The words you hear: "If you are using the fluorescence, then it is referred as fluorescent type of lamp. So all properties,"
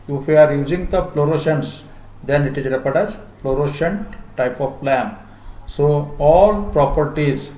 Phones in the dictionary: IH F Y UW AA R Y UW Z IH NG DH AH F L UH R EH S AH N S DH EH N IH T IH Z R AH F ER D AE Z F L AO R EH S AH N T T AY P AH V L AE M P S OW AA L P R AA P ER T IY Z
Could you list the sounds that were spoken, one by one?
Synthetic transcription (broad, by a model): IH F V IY AA R Y UW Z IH NG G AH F L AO R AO SH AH N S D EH N IH T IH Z R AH P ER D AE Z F L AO R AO SH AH N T T AY P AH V L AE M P S OW AA L P R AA P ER T IY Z